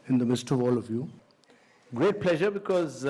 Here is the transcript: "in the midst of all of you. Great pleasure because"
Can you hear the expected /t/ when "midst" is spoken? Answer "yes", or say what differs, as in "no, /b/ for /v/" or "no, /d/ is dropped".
yes